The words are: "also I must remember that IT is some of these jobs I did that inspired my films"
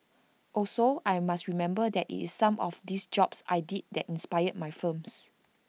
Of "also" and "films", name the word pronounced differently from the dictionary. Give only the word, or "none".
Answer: films